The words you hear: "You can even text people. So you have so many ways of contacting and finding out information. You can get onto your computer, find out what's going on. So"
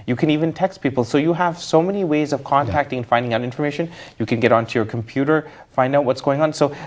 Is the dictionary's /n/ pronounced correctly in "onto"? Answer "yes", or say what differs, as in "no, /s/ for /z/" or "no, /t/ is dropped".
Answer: yes